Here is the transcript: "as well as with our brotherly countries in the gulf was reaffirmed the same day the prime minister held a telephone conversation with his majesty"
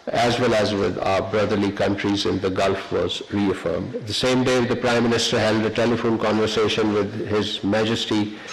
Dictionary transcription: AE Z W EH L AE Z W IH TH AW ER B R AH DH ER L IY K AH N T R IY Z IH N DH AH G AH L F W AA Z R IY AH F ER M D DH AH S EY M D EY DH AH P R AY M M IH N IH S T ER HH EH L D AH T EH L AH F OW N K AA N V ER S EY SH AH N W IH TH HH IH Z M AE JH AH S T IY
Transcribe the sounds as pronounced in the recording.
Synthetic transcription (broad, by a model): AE Z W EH L AE Z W IH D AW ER B R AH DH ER L IY K AH N T R IY Z IH N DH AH G AH L F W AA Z R IY AH F ER M D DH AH S EY M D EY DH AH P R AY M M IH N IH S T ER HH EH L D AH T EH L AH F OW N K AA N V ER S EY SH AH N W IH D HH IH Z M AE JH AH S T IY